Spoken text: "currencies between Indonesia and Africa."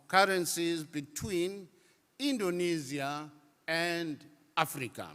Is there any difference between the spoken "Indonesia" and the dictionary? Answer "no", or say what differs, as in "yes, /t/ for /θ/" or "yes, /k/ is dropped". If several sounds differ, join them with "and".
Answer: yes, /z/ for /ʒ/